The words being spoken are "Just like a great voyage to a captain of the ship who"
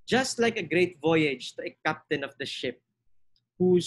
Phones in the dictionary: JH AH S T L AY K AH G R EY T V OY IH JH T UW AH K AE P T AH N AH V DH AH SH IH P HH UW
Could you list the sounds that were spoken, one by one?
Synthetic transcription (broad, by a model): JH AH S T L AY K AH G R EY T V OY IH JH T UW AH K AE P T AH N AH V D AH SH IH P HH UW